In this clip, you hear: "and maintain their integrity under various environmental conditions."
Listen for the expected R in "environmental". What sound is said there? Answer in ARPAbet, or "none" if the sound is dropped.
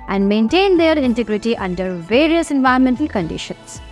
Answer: none